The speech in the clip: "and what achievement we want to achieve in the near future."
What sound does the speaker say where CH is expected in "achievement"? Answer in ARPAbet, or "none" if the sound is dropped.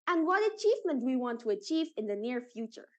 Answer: CH